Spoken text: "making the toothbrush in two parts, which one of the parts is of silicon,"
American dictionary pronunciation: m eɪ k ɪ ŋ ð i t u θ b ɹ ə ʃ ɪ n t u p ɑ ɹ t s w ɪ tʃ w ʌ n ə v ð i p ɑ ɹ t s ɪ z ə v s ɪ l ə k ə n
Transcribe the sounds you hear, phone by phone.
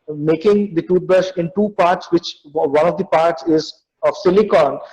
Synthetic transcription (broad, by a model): m eɪ k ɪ ŋ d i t u t b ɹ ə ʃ ɪ n t u p ɑ ɹ t s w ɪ tʃ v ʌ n ə v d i p ɑ ɹ t s ɪ z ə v s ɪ l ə k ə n